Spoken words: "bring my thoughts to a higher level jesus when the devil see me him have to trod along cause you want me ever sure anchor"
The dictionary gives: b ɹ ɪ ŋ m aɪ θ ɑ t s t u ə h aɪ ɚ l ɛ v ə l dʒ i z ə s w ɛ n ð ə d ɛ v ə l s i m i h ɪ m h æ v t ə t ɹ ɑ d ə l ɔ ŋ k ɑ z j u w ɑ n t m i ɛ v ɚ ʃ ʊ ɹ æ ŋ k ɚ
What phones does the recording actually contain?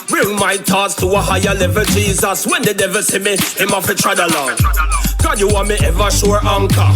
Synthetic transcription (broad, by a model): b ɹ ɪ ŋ m aɪ t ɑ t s t u ə h aɪ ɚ l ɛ v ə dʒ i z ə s w ɛ n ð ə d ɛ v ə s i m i h ɪ m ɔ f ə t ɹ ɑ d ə l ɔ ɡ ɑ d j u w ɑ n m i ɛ v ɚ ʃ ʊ ɹ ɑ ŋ k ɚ